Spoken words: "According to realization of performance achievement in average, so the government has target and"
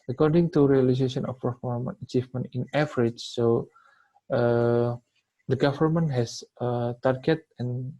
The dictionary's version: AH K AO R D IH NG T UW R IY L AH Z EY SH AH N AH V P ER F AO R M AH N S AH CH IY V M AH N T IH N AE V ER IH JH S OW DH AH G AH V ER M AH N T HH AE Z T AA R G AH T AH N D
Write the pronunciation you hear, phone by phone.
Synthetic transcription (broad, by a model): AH K AO R D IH NG T UW R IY L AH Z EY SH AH N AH F P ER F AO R M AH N AH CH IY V M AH N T IH N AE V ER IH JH S OW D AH G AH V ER M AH N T HH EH S T AA R G AH T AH N